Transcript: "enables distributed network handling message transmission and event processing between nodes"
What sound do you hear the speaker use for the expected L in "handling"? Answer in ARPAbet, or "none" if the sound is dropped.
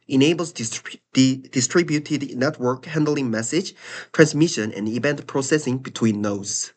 L